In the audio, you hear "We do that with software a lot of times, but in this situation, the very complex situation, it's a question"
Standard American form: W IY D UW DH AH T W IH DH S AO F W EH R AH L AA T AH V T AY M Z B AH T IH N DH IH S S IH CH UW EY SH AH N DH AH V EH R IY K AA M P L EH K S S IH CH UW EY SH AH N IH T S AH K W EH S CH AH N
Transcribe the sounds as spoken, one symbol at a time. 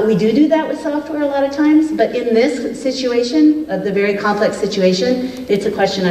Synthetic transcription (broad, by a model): W IY D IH DH AH T W IH DH S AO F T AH R AH L AA T AH V T AY M Z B AH T IH N DH IH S S IH CH UW EY SH AH N DH AH V EH R IY K AA M P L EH K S S IH CH UW EY SH AH N IH T S AH K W EH S CH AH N